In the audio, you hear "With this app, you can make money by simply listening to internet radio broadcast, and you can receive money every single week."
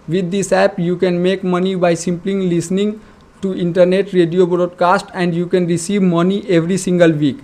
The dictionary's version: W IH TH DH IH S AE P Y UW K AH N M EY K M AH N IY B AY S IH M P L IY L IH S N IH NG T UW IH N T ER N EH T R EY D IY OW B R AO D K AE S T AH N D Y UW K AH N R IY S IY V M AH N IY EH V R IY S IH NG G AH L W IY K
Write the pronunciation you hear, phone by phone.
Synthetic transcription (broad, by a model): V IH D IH S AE P Y UW K AH N M EY K M AH N IY B AY S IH M P L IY L IH S N IH NG T UW IH N T ER N EH T R EY D IY OW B R AO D K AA S T AH N D Y UW K AH N R IY S IY V M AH N IY EH V R IY S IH NG G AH L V IY K